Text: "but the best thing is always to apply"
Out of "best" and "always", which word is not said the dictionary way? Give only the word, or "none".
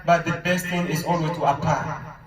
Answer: always